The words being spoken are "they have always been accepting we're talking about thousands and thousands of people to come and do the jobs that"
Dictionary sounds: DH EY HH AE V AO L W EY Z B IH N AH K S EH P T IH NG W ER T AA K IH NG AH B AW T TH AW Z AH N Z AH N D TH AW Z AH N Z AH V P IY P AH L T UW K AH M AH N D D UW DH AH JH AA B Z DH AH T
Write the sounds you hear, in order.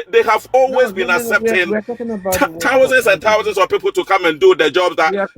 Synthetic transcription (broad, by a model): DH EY HH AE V AO L W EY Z B IH N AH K S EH P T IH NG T AA IH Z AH N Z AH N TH AW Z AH N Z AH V P IY P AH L T UW K AH M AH N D D UW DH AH JH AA B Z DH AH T